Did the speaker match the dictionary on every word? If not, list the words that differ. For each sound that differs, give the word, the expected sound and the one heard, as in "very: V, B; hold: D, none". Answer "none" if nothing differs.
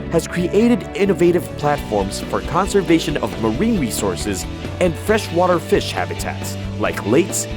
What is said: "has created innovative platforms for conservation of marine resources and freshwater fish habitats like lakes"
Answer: none